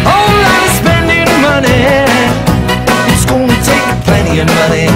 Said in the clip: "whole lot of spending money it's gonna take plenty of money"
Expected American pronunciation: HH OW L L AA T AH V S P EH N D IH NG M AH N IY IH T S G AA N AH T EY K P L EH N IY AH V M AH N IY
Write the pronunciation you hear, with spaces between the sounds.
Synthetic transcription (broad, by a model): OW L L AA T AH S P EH N D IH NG M AH N IY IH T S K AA L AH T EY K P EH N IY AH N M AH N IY